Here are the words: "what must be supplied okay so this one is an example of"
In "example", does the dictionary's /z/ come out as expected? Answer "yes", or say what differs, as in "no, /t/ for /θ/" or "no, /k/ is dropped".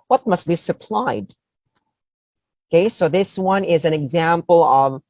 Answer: yes